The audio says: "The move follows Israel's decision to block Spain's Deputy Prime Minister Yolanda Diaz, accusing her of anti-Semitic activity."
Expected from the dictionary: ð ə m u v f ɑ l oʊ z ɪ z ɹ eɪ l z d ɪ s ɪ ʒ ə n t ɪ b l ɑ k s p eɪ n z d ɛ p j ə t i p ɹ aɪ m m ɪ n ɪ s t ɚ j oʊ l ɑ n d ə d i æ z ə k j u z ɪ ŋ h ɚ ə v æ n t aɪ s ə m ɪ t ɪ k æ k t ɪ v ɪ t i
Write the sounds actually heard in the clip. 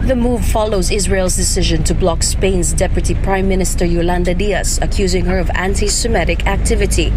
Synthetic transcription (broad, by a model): ð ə m u v f ɑ l oʊ z ɪ z ɹ eɪ l z d ɪ s ɪ ʒ ə n t ɪ b l ɑ k s p eɪ n z d ɛ p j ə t i p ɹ aɪ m m ɪ n ɪ s t ɚ j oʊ l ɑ n d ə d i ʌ s ə k j u z ɪ ŋ h ɚ ə v æ n t aɪ s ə m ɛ t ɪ k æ k t ɪ v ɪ t i